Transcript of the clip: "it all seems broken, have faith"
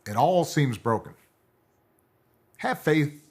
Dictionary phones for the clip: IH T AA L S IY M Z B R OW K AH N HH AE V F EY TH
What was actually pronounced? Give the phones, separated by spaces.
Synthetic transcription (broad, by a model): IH T AA L S IY M Z B R OW K AH N HH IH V F EY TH